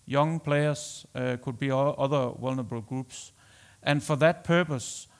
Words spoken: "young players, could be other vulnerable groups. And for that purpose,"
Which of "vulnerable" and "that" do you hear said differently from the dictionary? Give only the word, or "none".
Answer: vulnerable